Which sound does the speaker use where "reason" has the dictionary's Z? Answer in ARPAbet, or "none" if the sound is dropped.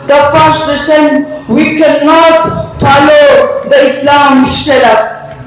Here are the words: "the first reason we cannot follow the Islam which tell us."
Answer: S